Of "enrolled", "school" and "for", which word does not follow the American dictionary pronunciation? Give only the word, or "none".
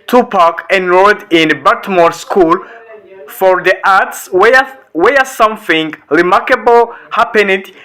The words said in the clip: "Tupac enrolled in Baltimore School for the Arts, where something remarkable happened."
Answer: enrolled